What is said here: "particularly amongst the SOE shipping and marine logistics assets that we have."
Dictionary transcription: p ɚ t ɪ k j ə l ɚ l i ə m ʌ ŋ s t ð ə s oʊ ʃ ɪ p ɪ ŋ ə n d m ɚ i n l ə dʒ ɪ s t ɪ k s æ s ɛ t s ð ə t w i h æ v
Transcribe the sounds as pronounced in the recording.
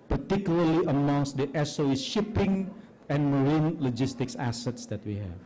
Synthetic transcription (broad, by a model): p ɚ t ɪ k j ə l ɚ l i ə m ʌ ŋ s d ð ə s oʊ ʃ ɪ p ɪ ŋ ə n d m ɚ i n l ə dʒ ɪ s t ɪ k s æ s ɛ t s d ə t w i h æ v